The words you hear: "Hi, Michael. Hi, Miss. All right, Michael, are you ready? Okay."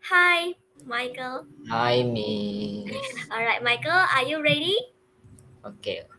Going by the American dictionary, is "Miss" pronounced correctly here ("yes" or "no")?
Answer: no